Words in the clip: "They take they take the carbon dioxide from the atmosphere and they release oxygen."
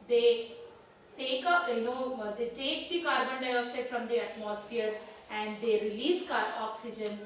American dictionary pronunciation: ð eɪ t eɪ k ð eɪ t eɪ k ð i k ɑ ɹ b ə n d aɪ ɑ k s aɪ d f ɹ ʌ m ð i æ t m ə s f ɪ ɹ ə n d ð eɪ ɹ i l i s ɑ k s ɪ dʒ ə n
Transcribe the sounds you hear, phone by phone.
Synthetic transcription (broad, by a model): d eɪ t eɪ k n eɪ t eɪ k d i k ɑ ɹ b ə n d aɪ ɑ s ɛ f ɹ ʌ m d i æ t m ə s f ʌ ɹ ə n d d eɪ ɹ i l i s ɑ k s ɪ dʒ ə n